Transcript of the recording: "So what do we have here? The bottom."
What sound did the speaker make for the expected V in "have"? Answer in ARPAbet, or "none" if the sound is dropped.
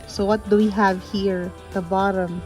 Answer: V